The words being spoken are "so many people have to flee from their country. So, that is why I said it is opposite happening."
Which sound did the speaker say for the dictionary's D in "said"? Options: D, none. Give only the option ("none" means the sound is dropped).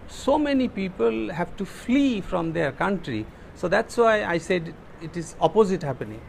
D